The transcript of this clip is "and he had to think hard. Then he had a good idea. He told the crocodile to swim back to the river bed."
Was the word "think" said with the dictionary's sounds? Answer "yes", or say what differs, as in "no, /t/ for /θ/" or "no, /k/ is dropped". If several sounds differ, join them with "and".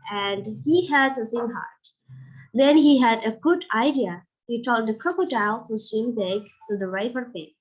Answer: no, /s/ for /θ/